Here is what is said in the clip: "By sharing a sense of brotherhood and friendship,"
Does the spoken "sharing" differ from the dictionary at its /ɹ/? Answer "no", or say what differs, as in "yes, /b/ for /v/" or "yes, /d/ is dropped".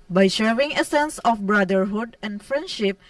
yes, /w/ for /ɹ/